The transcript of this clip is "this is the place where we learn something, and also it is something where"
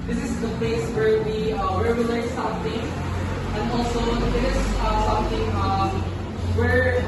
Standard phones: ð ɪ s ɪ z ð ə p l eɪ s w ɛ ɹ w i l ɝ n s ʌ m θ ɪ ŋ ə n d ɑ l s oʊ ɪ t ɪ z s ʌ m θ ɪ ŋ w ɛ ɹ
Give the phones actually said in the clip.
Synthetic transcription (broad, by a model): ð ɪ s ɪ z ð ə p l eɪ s w ɛ ɹ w i w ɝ l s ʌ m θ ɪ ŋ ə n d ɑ l s oʊ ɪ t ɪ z s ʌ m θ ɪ ŋ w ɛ ɹ